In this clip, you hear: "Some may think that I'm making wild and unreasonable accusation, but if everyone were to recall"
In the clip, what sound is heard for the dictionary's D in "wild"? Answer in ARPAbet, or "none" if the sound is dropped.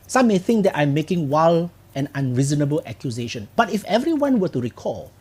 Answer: none